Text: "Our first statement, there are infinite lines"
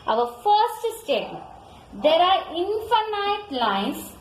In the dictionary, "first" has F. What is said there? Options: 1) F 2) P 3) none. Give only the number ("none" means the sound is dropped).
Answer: 1